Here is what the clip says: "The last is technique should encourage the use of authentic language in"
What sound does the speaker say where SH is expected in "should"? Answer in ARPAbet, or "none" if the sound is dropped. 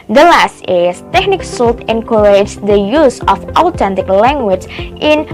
S